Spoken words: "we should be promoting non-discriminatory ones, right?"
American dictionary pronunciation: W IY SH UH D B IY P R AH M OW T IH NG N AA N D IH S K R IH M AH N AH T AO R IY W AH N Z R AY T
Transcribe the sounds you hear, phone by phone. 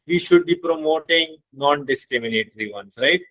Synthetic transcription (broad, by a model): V IY SH UH D B IY P R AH M OW T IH NG N AA N D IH S K R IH M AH N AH T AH R IY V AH N S R AY T